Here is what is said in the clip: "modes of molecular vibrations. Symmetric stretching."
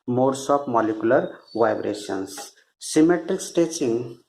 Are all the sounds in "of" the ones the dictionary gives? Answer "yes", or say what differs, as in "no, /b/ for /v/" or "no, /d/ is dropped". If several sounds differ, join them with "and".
no, /p/ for /v/